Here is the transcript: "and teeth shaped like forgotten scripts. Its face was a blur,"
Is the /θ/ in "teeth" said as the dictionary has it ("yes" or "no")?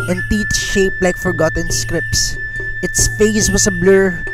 no